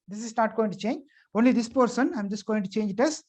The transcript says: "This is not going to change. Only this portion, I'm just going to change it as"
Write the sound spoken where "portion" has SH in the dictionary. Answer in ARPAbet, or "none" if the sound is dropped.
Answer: S